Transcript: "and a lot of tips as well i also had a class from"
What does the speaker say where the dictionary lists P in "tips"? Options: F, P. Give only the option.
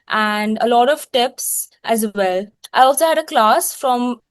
P